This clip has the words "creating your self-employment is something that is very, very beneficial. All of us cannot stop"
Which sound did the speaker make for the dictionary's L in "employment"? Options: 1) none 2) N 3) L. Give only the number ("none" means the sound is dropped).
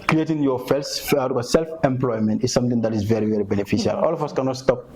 3